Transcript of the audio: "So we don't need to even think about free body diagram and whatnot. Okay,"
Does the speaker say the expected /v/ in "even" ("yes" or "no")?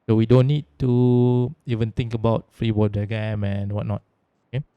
yes